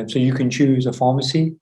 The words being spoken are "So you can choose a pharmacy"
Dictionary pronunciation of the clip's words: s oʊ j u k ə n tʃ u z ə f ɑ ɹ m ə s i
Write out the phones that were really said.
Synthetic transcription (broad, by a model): s oʊ j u k ə n tʃ u z ə f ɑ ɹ m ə s i